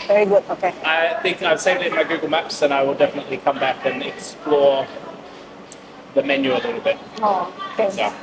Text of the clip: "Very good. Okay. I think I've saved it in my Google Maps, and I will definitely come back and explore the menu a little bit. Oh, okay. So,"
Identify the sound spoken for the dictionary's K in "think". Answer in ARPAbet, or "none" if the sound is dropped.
K